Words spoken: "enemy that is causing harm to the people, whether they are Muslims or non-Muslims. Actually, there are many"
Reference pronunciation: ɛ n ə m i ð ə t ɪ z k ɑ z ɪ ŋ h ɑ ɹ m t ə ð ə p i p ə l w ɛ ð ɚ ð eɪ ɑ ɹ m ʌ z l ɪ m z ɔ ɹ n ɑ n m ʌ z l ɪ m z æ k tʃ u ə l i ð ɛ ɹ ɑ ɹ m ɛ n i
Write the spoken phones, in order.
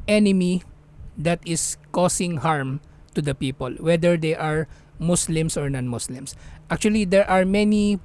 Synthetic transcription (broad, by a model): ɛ n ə m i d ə t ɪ s k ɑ s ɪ ŋ h ɑ ɹ m t ə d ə p i p ə l w ɛ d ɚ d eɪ ɑ ɹ m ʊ s l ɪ m s ɔ ɹ n ɑ n m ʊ s l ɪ m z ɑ k tʃ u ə l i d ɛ ɹ ɑ ɹ m ɛ n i